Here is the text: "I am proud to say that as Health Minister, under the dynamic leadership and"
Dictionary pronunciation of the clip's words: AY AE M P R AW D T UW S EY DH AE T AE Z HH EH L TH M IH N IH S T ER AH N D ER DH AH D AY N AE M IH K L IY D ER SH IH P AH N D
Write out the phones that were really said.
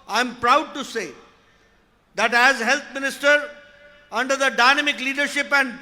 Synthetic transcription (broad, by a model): AY M P R AW D T UW S EY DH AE T AE Z HH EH L T M IH N IH S T ER AH N D ER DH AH D AY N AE M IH K L IY D ER SH IH P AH N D